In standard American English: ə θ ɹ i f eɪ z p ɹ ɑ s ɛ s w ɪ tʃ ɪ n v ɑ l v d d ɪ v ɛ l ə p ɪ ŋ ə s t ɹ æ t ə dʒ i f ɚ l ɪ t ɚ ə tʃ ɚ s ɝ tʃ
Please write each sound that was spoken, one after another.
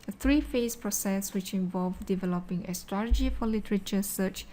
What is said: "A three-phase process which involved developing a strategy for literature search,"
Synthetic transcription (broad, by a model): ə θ ɹ i f eɪ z p ɹ ɑ s ɛ s w ɪ tʃ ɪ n v ɑ l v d d ɪ v ɛ l ə p ɪ ŋ ə s t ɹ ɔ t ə dʒ i f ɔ l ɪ t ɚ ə tʃ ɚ s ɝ tʃ